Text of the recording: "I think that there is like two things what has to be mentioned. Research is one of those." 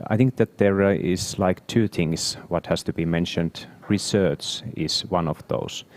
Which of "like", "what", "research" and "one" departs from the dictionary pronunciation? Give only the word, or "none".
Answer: none